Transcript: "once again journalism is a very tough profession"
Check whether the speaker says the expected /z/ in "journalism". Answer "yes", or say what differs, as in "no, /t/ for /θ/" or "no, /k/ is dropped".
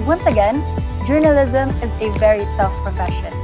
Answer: yes